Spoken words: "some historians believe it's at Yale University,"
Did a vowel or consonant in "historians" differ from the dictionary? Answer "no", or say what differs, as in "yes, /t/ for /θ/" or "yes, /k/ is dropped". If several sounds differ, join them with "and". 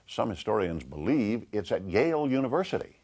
no